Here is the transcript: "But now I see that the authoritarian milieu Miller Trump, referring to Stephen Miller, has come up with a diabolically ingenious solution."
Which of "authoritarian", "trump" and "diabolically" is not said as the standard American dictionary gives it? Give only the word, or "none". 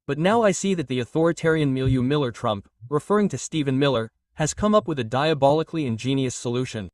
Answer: none